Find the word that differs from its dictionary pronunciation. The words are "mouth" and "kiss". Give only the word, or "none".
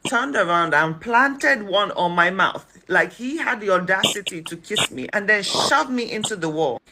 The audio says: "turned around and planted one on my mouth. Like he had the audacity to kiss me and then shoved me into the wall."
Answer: none